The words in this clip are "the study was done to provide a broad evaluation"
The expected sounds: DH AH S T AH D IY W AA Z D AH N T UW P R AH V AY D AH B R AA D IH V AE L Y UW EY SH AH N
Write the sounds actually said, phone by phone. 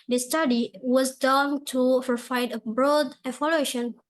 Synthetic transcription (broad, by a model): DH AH S T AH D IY W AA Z D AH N T UW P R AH F AY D AH B R AA D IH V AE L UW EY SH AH N